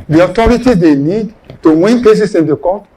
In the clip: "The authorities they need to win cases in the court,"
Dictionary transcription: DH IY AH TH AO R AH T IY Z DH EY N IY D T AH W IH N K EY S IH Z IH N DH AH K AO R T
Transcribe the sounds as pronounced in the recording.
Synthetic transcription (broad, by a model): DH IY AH T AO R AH T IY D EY N IY D T AH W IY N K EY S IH S IH N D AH K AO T